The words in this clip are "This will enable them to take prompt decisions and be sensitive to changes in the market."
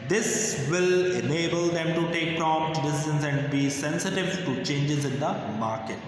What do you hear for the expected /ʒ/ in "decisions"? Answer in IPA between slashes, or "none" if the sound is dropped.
/z/